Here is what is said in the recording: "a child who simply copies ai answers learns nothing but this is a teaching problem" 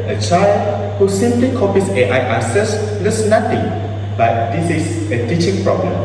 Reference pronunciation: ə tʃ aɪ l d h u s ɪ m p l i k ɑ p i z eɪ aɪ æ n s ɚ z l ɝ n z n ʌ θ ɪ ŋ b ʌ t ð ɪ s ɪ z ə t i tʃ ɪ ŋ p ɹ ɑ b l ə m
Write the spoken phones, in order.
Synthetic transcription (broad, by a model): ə tʃ aɪ l d h u s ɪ m p l i k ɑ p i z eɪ aɪ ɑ s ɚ s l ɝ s n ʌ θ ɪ ŋ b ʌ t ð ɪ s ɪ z ə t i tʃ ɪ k p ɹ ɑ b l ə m